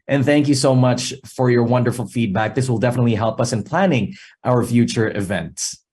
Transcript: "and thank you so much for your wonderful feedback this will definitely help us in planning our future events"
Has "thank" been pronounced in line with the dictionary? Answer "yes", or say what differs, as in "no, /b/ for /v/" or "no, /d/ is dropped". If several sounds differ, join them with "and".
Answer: yes